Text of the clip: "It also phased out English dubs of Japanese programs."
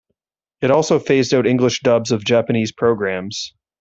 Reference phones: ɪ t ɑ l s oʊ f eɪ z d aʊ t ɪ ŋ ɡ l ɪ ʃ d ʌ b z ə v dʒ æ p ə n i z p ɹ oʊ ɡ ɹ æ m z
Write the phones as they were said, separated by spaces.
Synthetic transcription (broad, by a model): ɪ t ɑ l s oʊ f eɪ z d aʊ t ɪ ŋ ɡ l ɪ ʃ d ʌ b z ə v dʒ æ p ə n i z p ɹ oʊ ɡ ɹ æ m z